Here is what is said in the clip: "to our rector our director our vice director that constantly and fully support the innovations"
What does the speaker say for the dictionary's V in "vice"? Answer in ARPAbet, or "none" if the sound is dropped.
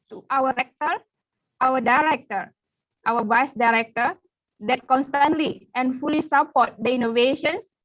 B